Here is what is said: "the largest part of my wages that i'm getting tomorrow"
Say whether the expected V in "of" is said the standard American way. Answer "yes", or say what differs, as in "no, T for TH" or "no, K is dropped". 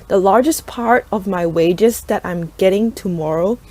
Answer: yes